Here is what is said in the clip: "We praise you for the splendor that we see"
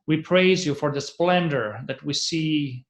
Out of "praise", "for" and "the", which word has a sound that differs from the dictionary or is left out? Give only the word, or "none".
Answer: none